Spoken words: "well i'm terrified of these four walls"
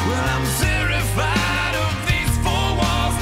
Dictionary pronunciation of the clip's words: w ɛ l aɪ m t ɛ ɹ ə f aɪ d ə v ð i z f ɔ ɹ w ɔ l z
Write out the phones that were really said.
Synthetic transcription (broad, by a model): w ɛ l aɪ m s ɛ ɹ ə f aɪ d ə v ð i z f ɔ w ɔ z